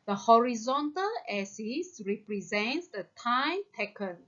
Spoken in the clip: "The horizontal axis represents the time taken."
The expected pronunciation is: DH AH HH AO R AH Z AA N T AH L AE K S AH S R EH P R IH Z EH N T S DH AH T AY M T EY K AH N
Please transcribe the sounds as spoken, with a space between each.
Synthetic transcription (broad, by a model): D AH HH AO R AH Z AA N T AH L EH S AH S R EH P R IH Z EH N T S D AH T AY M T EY K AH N